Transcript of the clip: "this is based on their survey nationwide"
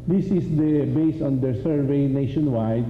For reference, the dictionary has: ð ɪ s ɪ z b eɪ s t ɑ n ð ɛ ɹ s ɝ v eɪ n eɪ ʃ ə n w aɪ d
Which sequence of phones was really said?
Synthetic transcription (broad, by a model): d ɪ s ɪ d b eɪ s ɑ n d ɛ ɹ s ɝ v eɪ n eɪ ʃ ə n w aɪ d